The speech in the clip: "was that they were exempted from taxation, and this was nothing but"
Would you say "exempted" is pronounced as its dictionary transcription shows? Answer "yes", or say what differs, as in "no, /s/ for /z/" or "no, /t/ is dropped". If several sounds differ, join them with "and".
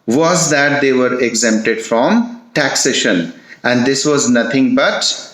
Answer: yes